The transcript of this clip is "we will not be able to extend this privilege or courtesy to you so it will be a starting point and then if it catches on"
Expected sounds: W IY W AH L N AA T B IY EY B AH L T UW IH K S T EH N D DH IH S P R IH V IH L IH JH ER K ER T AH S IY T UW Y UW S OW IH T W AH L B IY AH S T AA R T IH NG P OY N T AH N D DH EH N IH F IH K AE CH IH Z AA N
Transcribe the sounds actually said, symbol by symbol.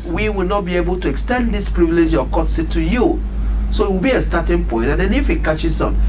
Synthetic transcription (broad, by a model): W IY W AH L N AA T B IY EY B AH L T UW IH K S T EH N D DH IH S P R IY V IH L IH JH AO K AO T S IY T UW Y UW S OW IH T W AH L B IY AH S T AA T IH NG P OY N T AH N D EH N IH F IH K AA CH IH S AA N